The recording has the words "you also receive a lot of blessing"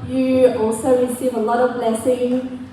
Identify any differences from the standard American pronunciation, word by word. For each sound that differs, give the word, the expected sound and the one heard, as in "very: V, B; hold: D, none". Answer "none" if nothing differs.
none